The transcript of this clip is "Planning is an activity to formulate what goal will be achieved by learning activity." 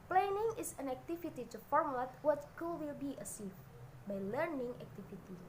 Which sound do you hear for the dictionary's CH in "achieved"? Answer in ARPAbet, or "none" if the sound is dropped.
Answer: S